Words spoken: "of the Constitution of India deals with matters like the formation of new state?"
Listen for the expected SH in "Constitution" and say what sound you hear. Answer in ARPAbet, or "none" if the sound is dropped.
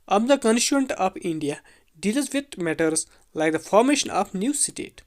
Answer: none